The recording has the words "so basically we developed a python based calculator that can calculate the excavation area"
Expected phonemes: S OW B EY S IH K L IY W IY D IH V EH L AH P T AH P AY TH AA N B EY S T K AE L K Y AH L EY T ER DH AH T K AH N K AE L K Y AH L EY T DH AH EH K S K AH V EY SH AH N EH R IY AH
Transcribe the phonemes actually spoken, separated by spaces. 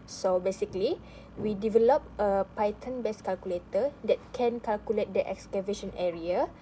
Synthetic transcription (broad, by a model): S OW B EY S IH K L IY W IY D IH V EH L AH P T AH P AY T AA N B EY S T K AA L K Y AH L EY T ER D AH T K AH N K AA L K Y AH L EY T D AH EH K S K AH V EY SH AH N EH R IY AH